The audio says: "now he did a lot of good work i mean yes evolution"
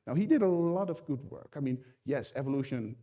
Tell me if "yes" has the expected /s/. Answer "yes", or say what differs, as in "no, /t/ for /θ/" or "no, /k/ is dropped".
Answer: yes